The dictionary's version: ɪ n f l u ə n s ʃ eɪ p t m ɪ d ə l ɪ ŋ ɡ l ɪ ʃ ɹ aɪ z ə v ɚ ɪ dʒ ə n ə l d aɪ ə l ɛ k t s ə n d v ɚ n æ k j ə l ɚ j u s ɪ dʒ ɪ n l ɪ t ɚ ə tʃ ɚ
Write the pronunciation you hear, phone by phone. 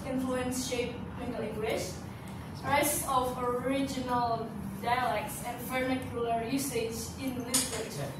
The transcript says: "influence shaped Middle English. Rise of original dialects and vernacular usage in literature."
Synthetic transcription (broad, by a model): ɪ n f l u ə n s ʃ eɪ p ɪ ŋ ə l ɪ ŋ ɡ w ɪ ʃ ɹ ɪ s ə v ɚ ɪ dʒ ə n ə l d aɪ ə l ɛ k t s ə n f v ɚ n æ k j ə l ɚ j u s ɪ dʒ ɪ n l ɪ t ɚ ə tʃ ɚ